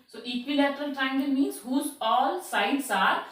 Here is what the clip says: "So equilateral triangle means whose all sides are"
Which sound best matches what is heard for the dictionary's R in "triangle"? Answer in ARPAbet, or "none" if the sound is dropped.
none